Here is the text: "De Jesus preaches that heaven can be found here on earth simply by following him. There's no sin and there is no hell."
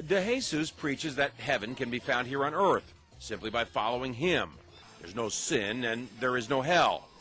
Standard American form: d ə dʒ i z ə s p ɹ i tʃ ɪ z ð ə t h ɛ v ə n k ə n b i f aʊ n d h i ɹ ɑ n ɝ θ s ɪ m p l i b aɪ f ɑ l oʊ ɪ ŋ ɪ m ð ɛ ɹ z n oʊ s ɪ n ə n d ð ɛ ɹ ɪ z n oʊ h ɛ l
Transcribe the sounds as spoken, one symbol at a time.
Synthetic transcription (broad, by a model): d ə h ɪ s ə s p ɹ i tʃ ɪ z ð ə t h ɛ v ə n k ə n b i f aʊ n d h i ɹ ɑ n ɝ θ s ɪ m p l i b aɪ f ɑ l oʊ ɪ ŋ ɪ m ð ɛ ɹ z n oʊ s ɪ n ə n ð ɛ ɹ ɪ z n oʊ h ɛ l